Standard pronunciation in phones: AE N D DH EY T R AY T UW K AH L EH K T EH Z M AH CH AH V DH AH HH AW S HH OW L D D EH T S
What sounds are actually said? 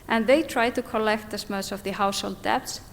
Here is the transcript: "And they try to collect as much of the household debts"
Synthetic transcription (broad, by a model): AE N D DH EY T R AY T UW K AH L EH K T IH S M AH S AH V DH AH HH AW S HH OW L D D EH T S